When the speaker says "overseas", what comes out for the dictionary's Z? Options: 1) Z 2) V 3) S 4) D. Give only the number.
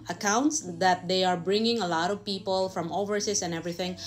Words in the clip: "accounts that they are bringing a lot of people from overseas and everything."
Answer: 3